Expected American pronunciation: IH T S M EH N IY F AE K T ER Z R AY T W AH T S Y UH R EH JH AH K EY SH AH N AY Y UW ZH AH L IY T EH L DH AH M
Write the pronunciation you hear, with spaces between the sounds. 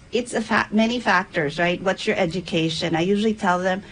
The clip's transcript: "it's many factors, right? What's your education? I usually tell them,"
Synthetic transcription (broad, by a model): IH T S M EH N IY F AE K T ER Z R AY T W AH T S Y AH R EH JH AH K EY SH AH N AY Y UW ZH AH L IY T EH L DH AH M